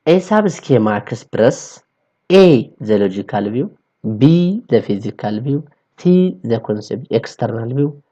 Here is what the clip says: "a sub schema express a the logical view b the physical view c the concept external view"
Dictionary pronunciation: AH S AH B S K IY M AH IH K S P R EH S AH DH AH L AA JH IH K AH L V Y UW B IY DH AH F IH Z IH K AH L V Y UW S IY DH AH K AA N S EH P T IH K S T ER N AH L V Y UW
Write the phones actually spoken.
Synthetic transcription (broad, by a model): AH S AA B S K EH M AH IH S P R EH S AH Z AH L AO JH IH K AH L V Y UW B IY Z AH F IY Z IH K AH L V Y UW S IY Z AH K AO N S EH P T IH K S T ER N AH L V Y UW